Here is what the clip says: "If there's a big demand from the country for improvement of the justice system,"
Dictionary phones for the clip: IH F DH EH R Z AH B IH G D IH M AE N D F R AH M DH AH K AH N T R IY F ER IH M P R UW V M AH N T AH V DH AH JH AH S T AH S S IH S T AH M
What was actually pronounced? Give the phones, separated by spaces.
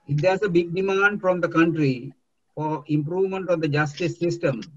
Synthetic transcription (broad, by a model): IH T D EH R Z AH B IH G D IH M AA N D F R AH M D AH K AH N T R IY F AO IH M P R UW V M AH N T AH V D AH JH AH S T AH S S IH S T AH M